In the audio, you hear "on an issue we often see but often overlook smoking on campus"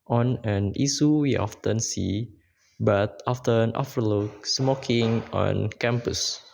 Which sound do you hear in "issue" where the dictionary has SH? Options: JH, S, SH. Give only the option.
S